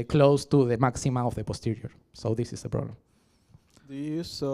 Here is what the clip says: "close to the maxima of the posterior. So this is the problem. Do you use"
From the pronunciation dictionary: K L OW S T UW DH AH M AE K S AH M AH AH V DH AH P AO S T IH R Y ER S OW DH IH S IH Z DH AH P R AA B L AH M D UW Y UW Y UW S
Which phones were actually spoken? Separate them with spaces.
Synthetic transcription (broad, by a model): K L OW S T UW DH AH M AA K S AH M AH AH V DH AH P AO S T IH R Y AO S OW DH IH S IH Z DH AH P R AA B L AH M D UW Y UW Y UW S